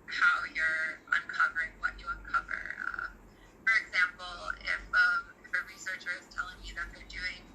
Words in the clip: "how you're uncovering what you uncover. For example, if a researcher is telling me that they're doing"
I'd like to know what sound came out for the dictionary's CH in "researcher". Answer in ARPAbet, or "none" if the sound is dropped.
CH